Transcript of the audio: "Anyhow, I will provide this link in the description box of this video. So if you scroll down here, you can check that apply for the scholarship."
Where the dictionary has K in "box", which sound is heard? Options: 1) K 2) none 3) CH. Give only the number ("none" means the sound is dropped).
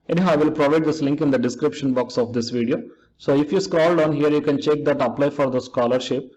1